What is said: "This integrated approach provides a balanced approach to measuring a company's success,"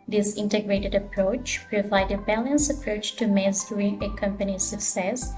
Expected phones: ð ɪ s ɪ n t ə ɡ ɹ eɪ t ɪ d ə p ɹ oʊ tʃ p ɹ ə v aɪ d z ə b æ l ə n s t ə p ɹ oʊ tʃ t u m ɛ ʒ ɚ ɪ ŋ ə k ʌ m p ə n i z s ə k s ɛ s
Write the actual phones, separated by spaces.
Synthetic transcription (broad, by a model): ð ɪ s ɪ n t ə ɡ ɹ eɪ t ɪ d ə p ɹ oʊ tʃ p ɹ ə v aɪ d ə b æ l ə n s ə p ɹ oʊ tʃ t u m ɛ z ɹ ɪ ə k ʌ m p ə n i s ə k s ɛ s